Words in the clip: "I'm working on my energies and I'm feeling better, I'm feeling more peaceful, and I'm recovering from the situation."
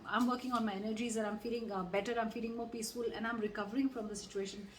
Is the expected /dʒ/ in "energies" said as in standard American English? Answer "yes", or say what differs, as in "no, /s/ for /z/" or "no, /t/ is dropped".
yes